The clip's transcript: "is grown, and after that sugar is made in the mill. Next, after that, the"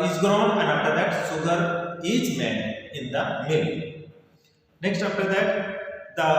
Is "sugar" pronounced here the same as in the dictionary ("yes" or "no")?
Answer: no